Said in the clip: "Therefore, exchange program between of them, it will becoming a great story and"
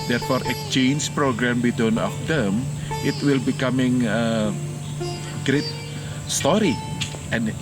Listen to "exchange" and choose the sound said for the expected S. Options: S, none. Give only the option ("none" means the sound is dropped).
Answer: none